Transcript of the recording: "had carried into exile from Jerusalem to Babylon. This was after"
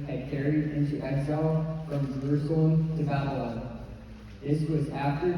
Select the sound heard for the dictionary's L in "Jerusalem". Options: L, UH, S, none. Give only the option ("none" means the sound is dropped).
none